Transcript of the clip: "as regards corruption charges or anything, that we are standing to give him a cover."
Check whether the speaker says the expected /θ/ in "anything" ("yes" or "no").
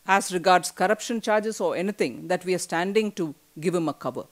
no